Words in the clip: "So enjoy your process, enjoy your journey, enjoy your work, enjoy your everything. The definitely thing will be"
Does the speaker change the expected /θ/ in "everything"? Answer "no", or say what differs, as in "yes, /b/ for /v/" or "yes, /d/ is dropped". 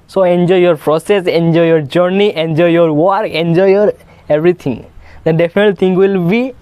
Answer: yes, /t/ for /θ/